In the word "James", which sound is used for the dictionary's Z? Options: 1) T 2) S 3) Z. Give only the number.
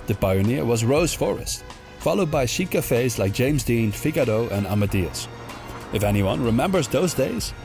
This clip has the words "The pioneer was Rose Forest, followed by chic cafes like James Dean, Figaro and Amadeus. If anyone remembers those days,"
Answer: 3